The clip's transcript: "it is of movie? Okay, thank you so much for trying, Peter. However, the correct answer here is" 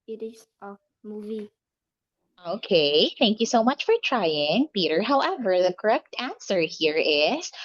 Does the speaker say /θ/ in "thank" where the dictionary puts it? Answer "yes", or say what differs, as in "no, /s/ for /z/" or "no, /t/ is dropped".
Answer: yes